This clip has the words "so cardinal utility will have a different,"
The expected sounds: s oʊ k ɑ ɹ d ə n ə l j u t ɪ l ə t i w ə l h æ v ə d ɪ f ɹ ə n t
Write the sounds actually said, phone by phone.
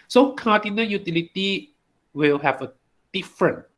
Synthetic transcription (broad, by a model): s oʊ k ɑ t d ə n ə n j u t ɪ l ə t i w ə l h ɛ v ə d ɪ f ɹ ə n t